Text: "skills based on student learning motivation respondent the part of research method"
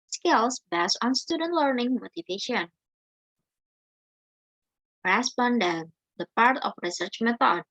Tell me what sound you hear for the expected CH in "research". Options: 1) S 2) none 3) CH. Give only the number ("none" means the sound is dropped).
3